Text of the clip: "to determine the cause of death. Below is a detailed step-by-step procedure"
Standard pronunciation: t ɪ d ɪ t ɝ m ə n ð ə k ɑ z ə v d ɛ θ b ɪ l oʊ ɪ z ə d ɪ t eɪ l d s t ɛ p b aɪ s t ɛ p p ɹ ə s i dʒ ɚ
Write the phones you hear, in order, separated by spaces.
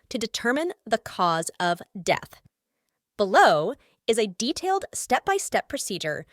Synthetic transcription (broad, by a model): t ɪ d ɪ t ɝ m ə n ð ə k ɑ z ə v d ɛ θ b ɪ l oʊ ɪ z ə d ɪ t eɪ l d s t ɛ p b aɪ s t ɛ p p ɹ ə s i dʒ ɚ